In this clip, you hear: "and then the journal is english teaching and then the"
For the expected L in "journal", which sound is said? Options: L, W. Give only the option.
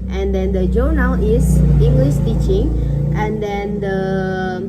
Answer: W